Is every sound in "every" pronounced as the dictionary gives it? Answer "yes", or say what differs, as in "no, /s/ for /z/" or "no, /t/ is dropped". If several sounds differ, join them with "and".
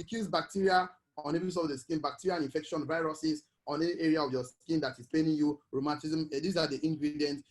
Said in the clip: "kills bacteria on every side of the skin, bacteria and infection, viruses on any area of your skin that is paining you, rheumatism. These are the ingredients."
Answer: no, /ɹ/ is dropped